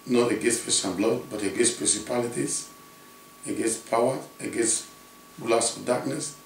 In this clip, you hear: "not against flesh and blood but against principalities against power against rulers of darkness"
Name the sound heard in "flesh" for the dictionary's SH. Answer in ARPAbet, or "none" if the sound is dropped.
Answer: S